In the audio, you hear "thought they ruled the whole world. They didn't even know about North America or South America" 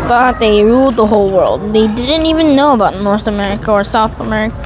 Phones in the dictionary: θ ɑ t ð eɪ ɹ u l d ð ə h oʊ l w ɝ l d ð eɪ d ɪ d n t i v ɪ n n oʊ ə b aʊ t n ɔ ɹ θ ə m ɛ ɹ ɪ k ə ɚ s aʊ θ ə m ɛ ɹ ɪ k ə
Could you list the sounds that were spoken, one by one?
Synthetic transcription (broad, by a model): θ ɑ t ð eɪ ɹ u l d ð ə h oʊ l w ɝ l d ð eɪ d ɪ d n t i v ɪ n n oʊ ə b aʊ t n ɔ ɹ θ ə m ɛ ɹ ɪ k ə ɚ s aʊ θ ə m ɛ ɹ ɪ k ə